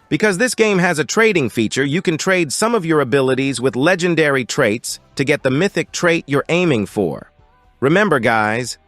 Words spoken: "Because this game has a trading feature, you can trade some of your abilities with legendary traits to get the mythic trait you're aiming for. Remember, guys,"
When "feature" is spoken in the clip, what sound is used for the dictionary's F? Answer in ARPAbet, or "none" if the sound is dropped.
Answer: F